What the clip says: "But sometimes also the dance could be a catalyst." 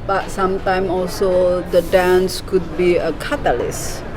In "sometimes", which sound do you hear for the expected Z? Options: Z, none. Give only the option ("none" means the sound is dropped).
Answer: none